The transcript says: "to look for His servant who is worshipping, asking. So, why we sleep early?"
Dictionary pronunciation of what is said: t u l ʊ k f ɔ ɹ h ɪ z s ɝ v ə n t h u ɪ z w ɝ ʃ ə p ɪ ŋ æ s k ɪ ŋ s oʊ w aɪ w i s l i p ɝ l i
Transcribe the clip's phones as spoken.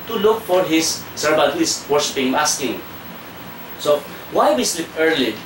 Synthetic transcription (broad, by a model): t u l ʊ k f ɔ ɹ h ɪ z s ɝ b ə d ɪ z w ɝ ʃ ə p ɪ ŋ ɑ s k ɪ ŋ s oʊ w aɪ w i s l i p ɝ l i